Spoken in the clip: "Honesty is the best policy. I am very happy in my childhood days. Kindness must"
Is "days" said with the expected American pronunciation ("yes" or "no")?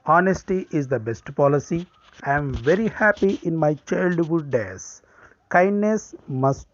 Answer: no